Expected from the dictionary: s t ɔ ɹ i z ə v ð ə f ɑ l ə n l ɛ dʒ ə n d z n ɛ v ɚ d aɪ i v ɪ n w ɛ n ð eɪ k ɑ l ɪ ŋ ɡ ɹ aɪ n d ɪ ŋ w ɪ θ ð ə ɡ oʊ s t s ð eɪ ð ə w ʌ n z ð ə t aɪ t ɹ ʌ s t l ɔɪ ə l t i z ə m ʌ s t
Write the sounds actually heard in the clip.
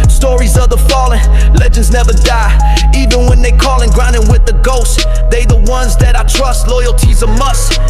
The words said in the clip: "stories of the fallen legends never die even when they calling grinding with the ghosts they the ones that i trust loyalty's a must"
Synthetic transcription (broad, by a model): s t ɔ ɹ i z ə v ð ə f ɑ l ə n l ɛ dʒ ə n d z n ɛ v ɚ d aɪ i v ɪ n w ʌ n ð eɪ k ɑ l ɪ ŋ ɡ ɹ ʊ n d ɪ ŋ w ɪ ð ə ɡ oʊ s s ð eɪ ð ə w ʌ n z ð ə t aɪ t ɹ ʌ s t l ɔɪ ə l t i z ə m ʌ s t